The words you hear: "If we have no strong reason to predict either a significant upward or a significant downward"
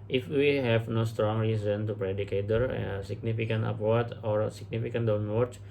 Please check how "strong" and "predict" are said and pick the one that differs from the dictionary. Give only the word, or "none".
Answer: predict